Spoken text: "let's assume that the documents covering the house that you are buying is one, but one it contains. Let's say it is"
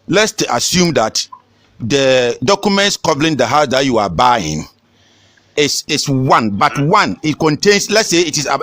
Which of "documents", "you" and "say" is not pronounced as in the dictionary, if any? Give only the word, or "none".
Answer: none